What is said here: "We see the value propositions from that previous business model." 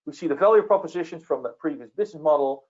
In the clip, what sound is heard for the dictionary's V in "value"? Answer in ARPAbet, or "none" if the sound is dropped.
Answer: F